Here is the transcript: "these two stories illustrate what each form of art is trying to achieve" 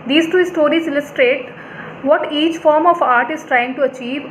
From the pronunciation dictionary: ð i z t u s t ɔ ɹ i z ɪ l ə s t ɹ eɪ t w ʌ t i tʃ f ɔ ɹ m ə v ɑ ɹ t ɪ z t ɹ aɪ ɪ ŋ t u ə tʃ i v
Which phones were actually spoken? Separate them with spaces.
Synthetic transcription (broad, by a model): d i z t u s t ɔ ɹ i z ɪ l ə s t ɹ eɪ t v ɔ t i tʃ f ɔ ɹ m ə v ɑ ɹ t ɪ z t ɹ aɪ ɪ ŋ t u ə tʃ i v